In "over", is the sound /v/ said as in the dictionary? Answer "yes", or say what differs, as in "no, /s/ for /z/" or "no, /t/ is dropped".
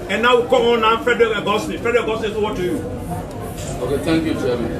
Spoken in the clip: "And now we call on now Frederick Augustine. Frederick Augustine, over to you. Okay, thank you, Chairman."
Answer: no, /w/ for /v/